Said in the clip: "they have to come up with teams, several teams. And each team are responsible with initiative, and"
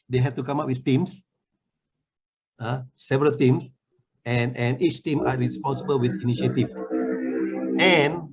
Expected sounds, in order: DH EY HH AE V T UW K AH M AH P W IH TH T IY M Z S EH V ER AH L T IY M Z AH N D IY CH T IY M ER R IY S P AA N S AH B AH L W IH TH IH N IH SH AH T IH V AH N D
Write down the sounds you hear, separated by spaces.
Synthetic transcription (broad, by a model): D EY HH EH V T UW K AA M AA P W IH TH T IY M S S EH V ER AH L T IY M S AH N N IY CH T IY M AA R IY S P AA N S AH B AH L W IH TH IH N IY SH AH T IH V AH N